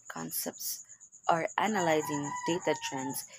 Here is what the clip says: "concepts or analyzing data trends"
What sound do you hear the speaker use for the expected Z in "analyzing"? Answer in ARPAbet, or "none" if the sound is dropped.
Z